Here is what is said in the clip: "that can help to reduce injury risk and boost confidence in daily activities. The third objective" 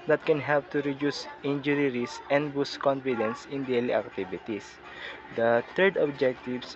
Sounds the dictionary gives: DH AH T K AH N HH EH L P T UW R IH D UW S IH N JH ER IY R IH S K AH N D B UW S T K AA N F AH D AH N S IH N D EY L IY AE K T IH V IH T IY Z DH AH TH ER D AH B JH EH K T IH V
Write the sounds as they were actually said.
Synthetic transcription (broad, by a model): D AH T K AH N HH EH L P T UW R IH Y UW S IH N JH ER IY R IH S AH N D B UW S K AA N F AH D AH N S IH N D EY L IY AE K T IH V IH T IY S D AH T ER D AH B JH EH K T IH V